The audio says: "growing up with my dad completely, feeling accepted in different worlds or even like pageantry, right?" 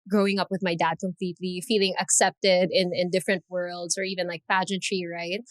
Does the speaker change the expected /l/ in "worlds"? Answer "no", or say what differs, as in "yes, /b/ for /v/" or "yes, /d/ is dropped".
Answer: no